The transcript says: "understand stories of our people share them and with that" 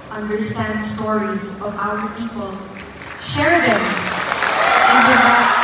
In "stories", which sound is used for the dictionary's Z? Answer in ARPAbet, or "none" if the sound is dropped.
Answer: Z